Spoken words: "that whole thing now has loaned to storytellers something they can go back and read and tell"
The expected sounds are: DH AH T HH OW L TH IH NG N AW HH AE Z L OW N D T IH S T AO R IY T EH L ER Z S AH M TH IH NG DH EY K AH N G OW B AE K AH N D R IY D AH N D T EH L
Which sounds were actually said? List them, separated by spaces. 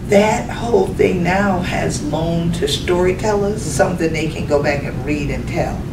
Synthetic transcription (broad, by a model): DH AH T HH OW L TH IH NG N AW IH Z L OW N T IH S T AO R IY T EH L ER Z S AH M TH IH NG DH EY K AH N G OW B AE K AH N R IY D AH N T EH L